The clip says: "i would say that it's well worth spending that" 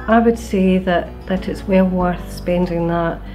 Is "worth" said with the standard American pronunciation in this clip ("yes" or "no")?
yes